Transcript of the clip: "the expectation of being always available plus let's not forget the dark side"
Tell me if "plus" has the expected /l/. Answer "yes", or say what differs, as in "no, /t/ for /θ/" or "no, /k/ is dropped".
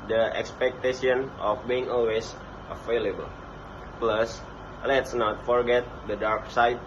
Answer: yes